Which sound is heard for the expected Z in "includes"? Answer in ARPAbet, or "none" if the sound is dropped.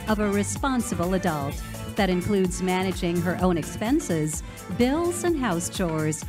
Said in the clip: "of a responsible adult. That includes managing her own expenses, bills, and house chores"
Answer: Z